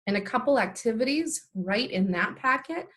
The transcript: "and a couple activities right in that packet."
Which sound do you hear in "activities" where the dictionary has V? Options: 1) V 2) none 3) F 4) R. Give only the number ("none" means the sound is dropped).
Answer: 1